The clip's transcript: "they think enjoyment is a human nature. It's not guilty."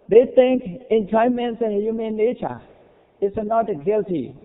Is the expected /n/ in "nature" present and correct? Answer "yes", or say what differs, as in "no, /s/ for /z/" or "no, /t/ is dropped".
no, /l/ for /n/